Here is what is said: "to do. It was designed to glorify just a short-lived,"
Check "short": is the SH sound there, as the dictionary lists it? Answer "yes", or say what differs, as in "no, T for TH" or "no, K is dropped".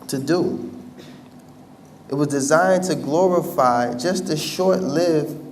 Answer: yes